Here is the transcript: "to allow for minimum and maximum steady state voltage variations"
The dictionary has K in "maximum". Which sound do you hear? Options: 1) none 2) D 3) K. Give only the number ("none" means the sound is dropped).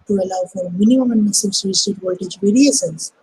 1